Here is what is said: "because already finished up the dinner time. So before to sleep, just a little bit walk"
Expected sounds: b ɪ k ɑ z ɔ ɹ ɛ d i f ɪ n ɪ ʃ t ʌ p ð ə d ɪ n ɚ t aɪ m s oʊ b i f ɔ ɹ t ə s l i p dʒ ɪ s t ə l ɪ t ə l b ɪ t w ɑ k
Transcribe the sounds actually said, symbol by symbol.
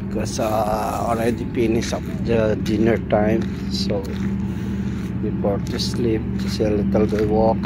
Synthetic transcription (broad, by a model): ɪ k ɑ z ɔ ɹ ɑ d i p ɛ n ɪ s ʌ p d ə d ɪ n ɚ t aɪ m s oʊ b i p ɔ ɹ t ə s l i p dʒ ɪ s ə l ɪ t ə l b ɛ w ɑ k